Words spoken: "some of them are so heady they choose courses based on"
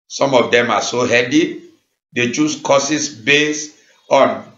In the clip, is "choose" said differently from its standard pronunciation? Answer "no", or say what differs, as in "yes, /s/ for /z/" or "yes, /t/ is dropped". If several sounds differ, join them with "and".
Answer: yes, /s/ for /z/